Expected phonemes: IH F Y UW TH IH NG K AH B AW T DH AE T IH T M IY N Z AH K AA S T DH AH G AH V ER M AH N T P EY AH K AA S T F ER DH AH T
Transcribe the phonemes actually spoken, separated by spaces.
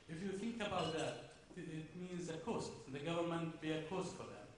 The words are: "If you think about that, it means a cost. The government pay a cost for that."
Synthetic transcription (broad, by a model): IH F Y UW TH IH NG K AH B AW T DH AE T IH T M IY N Z AH K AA S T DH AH G AH V ER M AH N T B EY AH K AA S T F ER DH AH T